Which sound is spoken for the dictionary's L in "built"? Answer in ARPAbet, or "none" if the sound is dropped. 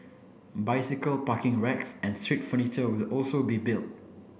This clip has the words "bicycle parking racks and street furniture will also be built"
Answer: L